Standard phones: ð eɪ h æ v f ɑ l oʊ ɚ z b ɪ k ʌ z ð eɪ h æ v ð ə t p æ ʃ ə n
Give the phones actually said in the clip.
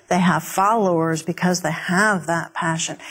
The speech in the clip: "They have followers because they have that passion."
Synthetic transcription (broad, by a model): ð eɪ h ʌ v f ɑ l oʊ ɚ z b ɪ k ʌ z ð eɪ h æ v ð ə t p æ ʃ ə n